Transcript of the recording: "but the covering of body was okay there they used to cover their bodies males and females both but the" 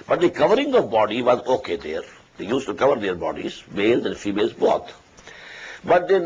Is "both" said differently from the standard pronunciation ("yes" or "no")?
yes